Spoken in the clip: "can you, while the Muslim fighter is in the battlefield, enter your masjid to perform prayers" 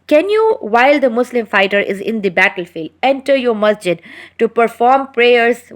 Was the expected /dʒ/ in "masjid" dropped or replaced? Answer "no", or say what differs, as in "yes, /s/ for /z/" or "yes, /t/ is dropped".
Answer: no